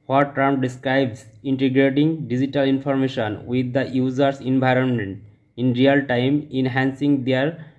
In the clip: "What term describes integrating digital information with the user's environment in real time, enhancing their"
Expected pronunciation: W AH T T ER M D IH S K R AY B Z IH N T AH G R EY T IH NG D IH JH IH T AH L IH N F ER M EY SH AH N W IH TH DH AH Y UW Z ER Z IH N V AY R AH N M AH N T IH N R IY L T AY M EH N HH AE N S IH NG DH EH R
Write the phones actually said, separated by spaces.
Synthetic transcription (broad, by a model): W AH T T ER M D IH S K R AY B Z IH N T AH G R EY T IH NG D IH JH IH T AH L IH N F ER M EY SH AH N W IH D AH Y UW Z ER S IH N V AY R AH N M AH N T IH N R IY L T AY M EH N HH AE N S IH NG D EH R